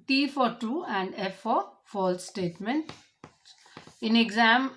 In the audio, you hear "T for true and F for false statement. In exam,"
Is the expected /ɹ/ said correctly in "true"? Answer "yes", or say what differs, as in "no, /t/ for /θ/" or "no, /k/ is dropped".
no, /ɹ/ is dropped